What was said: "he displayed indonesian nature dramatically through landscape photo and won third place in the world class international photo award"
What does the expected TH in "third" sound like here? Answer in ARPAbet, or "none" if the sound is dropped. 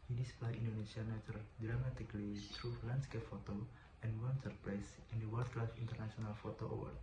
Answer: S